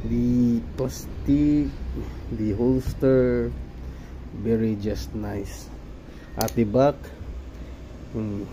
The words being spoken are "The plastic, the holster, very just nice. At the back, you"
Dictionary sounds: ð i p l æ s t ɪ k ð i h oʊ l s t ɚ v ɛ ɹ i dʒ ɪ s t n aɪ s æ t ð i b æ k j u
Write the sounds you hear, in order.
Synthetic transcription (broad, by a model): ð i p ɔ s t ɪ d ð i h oʊ l s t ɚ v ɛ ɹ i dʒ ɪ s t n aɪ s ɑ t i b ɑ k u